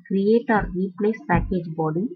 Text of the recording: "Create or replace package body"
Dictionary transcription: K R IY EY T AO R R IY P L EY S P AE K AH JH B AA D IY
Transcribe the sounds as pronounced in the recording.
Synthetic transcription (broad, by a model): K R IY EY T AO R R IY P N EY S P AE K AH JH B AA D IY